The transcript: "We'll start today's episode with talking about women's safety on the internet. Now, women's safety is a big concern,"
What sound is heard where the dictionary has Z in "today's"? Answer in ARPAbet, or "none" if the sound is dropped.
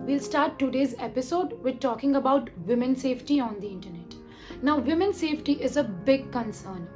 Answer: Z